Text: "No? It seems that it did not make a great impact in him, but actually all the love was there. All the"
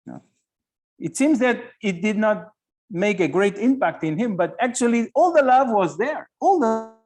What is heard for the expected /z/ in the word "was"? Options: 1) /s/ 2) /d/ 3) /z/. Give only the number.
3